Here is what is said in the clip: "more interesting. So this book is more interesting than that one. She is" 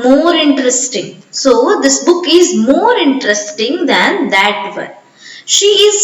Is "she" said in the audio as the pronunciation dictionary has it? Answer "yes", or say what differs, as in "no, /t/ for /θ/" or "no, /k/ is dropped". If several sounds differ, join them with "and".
yes